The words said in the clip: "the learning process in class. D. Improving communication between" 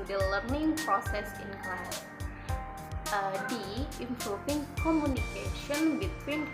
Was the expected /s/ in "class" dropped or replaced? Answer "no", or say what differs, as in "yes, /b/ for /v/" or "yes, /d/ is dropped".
yes, /s/ is dropped